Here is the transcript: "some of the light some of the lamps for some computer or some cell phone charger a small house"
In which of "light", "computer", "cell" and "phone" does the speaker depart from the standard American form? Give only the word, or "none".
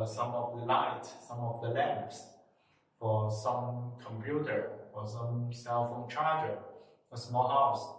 none